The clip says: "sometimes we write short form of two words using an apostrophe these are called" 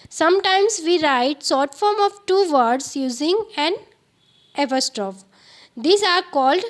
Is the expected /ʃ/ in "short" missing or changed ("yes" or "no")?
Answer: yes